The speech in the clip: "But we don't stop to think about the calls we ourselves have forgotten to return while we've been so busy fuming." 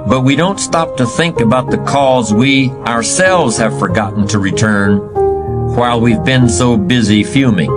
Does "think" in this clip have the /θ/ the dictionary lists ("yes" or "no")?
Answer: yes